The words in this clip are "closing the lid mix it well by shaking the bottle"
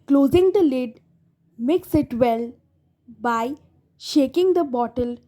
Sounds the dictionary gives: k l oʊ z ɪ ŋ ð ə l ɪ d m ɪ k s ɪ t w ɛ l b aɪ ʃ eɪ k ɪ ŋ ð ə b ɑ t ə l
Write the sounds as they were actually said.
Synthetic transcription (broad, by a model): k l oʊ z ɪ ŋ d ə l ɪ d m ɪ k s ɪ t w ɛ l b aɪ ʃ eɪ k ɪ ŋ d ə b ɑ t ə l